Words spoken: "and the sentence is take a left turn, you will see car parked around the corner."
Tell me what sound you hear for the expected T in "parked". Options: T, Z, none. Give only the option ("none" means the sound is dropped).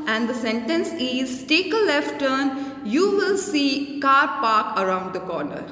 none